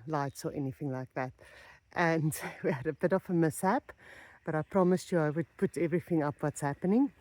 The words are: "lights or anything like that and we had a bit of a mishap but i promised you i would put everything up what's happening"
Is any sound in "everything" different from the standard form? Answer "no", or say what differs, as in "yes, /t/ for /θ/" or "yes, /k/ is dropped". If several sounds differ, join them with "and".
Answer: no